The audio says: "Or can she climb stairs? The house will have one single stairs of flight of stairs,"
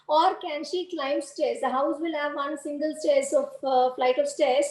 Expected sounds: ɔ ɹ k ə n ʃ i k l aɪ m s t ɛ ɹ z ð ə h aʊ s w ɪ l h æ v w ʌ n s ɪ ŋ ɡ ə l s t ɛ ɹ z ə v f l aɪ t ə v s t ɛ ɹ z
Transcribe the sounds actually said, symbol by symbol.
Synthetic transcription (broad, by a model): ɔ ɹ k ə n ʃ i k l aɪ m s t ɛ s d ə h aʊ s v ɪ l h æ v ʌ n s ɪ ŋ ɡ ə l s t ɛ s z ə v f l aɪ t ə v s t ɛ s